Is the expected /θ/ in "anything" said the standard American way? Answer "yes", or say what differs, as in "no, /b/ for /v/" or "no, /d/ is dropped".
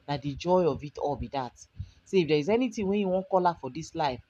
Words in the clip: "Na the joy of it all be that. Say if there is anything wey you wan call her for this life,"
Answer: no, /t/ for /θ/